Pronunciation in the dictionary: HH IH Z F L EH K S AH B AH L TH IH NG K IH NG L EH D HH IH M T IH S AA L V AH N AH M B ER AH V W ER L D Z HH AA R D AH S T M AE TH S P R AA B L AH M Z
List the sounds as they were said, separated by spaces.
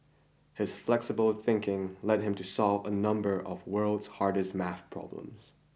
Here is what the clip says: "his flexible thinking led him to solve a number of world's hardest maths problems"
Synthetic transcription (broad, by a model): HH IH Z F L EH K S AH B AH L TH IH NG K IH NG L EH D HH IH M T IH S AA L V AH N AH M B ER AH V W ER L D Z HH AA R D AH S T M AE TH P R AA B L AH M Z